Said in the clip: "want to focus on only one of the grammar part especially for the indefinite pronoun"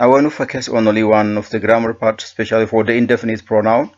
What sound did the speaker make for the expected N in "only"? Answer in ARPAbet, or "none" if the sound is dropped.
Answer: none